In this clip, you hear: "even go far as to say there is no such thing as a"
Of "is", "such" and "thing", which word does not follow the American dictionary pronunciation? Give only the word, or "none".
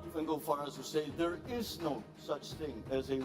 none